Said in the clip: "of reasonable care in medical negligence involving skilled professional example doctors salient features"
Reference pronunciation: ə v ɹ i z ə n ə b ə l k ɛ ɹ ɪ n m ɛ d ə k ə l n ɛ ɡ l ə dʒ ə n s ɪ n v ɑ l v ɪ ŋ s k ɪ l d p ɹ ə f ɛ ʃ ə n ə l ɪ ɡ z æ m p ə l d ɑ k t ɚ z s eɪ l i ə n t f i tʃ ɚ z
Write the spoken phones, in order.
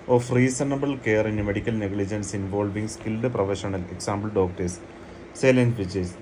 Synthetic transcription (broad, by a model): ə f ɹ i s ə n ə b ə l k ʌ ɹ ɪ n m ɛ d ə k ə l n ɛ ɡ l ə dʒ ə n s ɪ n v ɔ l v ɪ ŋ s k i l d p ɹ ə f ɛ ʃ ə n ə l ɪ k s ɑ m b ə l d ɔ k t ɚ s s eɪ l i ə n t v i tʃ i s